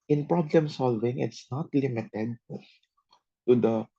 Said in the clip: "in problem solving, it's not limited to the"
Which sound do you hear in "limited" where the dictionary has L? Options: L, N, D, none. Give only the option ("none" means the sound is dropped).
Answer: L